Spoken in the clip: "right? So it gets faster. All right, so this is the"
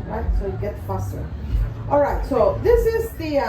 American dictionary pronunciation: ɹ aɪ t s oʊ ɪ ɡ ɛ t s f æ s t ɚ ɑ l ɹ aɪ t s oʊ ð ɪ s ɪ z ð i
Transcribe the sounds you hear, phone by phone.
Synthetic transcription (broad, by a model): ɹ aɪ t s oʊ ɡ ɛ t f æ s t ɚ ɑ l ɹ aɪ t s oʊ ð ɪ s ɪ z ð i